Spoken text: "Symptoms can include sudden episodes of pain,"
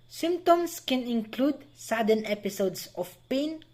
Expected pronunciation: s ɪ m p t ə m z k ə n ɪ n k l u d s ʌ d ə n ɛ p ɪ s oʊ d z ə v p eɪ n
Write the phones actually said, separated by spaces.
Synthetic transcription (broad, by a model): s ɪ m p t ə m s k ə n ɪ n k l u d s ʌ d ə n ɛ p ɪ s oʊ d s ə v p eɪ n